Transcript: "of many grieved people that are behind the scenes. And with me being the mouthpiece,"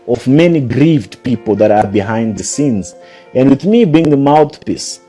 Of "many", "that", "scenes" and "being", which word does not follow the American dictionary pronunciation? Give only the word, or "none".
none